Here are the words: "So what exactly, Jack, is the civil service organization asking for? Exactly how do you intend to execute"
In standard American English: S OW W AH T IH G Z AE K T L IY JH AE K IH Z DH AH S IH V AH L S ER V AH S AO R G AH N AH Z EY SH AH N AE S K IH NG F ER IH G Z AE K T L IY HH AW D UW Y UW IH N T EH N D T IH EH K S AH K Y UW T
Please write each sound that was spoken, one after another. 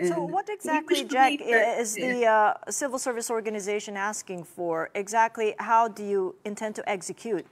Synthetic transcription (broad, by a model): S OW W AH T IH G Z AE K T L IY JH AE K IH Z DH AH S IH V L S ER V AH S AO R G AH N AH Z EY SH AH N AE S K IH NG F ER IH G Z AE K T L IY HH AW D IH Y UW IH N T EH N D T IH EH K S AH K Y UW T